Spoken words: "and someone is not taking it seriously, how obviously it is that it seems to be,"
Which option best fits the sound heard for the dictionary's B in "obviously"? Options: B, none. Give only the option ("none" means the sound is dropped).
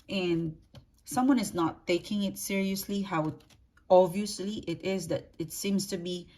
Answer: none